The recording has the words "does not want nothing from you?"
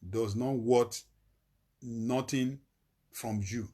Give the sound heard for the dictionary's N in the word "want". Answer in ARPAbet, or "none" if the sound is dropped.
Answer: none